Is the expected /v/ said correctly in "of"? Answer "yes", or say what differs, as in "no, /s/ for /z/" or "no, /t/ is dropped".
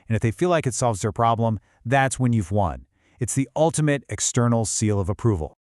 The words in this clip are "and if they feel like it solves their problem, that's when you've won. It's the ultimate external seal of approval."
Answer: yes